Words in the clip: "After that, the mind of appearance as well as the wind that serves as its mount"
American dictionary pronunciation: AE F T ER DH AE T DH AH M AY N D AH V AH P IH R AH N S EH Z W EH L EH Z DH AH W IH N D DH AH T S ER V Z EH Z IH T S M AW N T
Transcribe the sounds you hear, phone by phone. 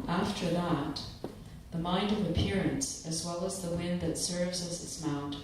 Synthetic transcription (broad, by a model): AE F T ER DH AE T DH AH M AY N D AH V AH P IH R AH N S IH Z W EH L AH Z DH AH W IH N DH AH T S ER V Z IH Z IH T S M AW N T